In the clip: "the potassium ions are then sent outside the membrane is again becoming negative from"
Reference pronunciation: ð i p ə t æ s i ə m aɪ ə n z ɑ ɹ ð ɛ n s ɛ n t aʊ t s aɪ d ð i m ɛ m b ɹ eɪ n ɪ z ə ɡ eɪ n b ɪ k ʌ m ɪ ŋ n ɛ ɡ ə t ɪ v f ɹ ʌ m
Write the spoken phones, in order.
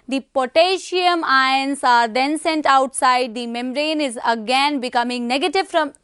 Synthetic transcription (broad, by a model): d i p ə t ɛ ʃ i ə m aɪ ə n s ɑ ɹ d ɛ n s ɛ n t aʊ t s aɪ d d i m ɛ m ɹ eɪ n ɪ z ə ɡ eɪ n b ɪ k ʌ m ɪ ŋ n ɛ ɡ ə t ɪ v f ɹ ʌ m